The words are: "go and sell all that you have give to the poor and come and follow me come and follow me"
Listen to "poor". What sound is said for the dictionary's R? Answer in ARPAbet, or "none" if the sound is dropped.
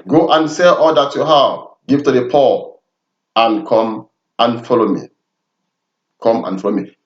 L